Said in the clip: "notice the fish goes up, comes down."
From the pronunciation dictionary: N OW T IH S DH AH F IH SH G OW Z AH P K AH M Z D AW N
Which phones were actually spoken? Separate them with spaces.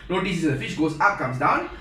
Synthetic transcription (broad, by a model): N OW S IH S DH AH F IH SH G OW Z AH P K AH M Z D AW N